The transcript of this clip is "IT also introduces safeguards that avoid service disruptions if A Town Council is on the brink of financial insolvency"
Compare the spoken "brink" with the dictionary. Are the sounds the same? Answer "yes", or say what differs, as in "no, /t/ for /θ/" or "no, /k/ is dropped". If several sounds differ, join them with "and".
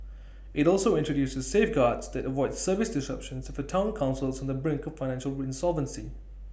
yes